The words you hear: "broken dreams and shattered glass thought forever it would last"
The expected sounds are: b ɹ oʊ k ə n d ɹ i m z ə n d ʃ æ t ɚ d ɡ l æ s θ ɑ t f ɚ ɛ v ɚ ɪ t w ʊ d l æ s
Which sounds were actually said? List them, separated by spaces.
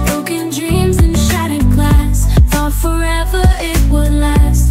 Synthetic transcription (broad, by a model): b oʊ k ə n d ɹ i m z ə n ʃ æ t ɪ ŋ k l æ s f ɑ f ɚ ɛ v ɚ ɪ t w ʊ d l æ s